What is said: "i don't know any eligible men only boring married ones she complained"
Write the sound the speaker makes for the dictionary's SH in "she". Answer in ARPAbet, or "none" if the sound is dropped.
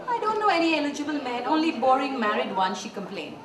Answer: SH